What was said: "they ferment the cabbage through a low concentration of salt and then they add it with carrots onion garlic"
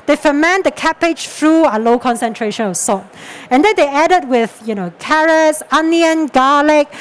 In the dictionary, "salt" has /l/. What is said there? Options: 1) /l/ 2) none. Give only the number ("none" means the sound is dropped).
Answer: 2